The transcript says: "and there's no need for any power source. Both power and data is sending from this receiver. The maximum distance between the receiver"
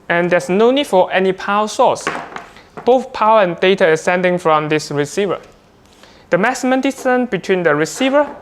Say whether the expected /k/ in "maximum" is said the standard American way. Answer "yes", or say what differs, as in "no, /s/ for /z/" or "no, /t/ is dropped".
no, /k/ is dropped